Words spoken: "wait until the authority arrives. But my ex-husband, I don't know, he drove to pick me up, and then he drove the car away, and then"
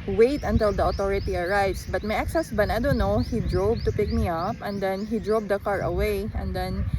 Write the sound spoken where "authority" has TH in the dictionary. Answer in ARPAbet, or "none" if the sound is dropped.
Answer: T